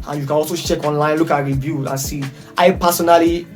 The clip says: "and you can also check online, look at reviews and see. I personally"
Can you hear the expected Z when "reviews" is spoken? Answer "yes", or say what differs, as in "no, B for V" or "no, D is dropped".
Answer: no, Z is dropped